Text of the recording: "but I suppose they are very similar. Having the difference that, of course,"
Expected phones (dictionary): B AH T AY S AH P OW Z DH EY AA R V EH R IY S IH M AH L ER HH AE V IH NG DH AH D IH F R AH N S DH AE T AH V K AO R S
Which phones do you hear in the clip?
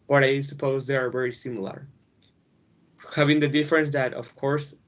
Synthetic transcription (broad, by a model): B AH T AY S AH P OW Z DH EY AA R V EH R IY S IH M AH L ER HH AE V IH NG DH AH D IH F R AH N S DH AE T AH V K AO R S